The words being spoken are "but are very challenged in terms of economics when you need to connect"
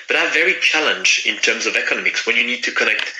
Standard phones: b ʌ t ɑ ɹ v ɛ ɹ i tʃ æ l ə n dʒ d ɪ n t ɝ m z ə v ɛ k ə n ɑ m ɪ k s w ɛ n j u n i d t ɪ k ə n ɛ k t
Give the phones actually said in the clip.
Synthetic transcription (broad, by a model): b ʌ t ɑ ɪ v ɛ ɹ i tʃ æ l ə n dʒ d ɪ n t ɝ m z ə v ɛ k ə n ɑ m ɪ k s w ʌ n j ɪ n i d t ɪ k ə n ɛ k t